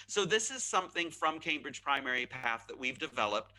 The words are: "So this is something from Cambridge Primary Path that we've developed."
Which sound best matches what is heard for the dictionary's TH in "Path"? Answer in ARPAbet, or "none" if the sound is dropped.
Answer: TH